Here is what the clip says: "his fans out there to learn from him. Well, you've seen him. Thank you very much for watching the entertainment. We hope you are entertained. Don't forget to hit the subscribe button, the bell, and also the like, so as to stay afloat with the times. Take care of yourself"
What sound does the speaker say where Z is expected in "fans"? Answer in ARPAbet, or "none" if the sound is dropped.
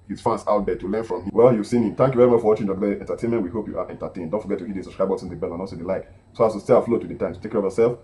S